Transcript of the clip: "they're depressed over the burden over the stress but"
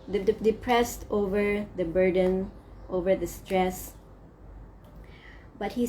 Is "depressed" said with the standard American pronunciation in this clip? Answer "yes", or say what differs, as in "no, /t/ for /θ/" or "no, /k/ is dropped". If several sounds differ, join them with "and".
yes